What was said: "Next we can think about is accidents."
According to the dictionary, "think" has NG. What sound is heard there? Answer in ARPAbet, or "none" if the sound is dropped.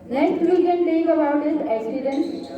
none